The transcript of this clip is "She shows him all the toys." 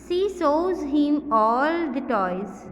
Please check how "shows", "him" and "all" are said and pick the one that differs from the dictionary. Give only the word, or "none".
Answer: shows